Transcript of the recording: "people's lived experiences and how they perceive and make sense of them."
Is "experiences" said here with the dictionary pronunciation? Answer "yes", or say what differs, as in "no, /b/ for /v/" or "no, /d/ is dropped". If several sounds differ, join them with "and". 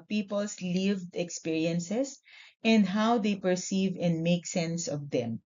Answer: no, /s/ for /z/